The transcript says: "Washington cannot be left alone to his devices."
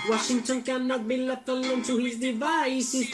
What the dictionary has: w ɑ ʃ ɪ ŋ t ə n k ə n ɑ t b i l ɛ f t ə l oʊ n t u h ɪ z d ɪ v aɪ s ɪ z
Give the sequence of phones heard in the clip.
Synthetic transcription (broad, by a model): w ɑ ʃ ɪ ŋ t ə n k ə n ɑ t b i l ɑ t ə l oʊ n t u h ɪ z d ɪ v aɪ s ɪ